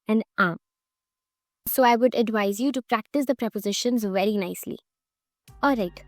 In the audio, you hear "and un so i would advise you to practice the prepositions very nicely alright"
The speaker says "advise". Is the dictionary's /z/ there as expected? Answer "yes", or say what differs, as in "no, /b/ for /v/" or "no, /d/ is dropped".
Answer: yes